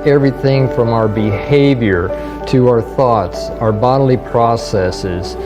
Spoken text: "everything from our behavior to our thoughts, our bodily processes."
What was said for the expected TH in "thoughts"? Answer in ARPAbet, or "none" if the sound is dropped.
TH